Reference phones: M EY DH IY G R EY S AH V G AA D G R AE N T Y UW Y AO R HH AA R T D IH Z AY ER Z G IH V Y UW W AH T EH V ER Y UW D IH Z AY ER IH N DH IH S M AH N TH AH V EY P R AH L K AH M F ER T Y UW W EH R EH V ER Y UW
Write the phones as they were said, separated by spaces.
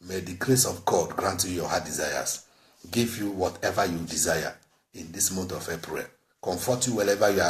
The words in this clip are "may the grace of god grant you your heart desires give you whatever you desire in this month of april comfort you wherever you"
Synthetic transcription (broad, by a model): M EY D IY G R EY S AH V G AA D G R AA N T Y UW Y AO HH AA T D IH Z AY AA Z G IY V Y UW W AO T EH V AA Y UW D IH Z AY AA IH N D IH S M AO N T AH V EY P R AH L K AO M F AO T Y UW W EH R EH V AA Y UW